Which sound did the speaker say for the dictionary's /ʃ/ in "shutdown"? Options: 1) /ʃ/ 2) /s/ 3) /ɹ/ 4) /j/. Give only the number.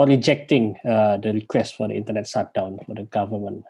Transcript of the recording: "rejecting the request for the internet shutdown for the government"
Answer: 2